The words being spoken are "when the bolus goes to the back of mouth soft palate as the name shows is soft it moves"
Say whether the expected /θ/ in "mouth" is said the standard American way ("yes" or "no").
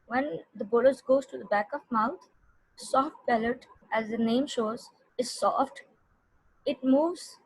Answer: no